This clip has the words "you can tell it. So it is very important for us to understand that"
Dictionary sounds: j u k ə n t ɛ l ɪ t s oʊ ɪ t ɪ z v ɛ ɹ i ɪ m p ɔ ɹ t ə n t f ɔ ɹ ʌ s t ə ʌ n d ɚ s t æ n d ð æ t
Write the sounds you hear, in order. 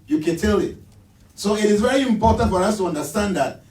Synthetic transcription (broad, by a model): j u k ə n t ɛ l ɪ t s oʊ ɪ t ɪ z v ɛ ɹ i ɪ m p ɔ ɹ t ə n t f ɔ ɹ ʌ s t ə ʌ n d ɚ s t æ n d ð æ t